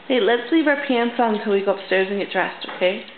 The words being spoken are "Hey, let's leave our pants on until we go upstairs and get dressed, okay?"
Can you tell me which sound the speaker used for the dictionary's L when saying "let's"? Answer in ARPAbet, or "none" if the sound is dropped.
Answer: L